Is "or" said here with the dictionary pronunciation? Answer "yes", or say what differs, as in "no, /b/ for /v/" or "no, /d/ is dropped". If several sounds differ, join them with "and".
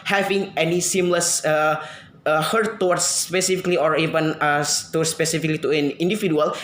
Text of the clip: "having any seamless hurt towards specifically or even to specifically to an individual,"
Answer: yes